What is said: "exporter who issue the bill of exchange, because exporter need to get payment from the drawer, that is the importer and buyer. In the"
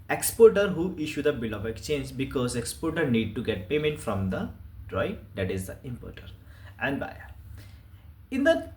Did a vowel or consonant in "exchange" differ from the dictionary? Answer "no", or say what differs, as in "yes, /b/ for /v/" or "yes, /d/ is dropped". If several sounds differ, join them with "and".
no